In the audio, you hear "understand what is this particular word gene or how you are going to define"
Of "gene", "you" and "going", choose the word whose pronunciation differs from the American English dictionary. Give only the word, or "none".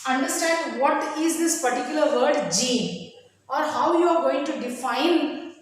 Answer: gene